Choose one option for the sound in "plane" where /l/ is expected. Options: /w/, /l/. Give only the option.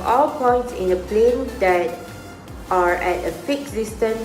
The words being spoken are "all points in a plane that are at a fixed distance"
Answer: /l/